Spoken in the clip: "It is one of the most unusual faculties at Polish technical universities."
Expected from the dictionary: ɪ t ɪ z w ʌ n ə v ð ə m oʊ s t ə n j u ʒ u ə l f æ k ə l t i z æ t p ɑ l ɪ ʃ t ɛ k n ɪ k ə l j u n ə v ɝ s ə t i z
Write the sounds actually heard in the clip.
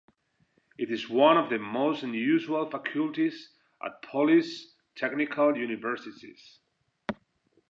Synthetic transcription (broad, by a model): ɪ t ɪ z w ʌ n ə v ð ə m oʊ s t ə n j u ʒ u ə l f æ k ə l t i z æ t p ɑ l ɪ s t ɛ k n ɪ k ə l j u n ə v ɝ s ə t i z